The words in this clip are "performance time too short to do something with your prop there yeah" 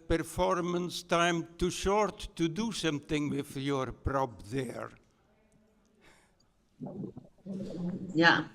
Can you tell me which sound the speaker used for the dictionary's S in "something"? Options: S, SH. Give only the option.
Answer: SH